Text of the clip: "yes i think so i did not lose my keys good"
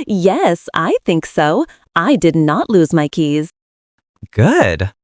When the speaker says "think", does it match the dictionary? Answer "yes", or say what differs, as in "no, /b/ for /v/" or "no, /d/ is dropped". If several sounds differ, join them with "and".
yes